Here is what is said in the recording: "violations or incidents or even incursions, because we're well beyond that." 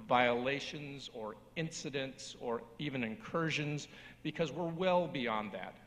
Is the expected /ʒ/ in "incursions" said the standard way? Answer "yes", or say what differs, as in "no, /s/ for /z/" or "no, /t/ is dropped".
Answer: yes